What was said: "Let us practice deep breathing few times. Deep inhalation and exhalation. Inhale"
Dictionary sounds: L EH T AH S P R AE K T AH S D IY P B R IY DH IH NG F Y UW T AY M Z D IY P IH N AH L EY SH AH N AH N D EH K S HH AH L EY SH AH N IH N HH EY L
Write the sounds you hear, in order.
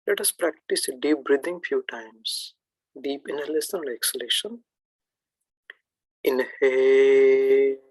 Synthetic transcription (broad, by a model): L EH T AH S P R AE K T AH S D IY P B R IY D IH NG F Y UW T AY M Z D IY P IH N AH L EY S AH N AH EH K S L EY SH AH N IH N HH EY